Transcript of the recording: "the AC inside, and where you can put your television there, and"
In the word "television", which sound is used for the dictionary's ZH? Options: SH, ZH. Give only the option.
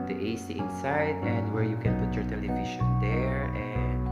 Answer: SH